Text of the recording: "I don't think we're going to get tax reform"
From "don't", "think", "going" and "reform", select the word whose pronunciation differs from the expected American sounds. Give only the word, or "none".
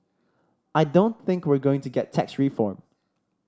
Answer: none